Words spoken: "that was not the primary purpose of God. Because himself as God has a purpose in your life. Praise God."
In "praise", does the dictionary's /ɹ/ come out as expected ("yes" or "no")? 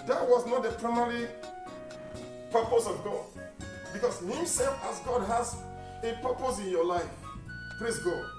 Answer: no